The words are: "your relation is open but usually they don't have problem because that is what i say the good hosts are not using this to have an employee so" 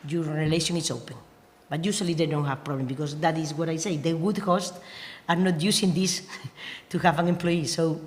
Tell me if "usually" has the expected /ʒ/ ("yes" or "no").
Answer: no